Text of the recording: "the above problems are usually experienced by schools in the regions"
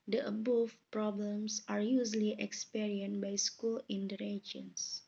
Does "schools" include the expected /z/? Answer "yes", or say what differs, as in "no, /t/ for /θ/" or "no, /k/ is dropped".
no, /z/ is dropped